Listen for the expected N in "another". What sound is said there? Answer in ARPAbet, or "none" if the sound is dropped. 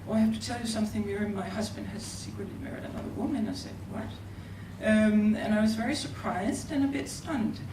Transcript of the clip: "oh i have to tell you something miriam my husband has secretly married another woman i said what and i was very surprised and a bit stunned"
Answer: L